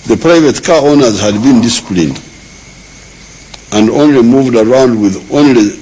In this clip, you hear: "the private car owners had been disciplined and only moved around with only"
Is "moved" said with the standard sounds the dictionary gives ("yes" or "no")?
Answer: yes